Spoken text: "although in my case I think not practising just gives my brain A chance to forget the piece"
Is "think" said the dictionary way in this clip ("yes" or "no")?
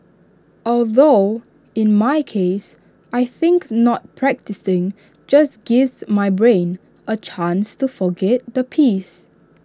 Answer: yes